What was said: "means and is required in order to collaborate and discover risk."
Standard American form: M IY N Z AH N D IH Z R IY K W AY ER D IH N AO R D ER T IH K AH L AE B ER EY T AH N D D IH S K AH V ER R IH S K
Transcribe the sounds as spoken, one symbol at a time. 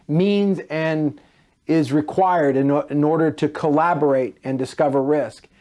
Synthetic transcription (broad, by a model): M IY N Z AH N IH Z R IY K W AY ER D IH N AO R D ER T IH K AH L AE B ER EY T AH N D D IH S K AH V ER R IH S K